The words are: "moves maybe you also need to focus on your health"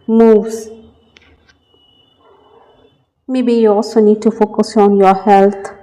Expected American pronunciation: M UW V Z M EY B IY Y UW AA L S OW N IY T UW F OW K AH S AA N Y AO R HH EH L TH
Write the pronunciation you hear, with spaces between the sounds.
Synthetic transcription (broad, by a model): M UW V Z M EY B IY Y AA S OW N IY T UW F OW K AH S AA N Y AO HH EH L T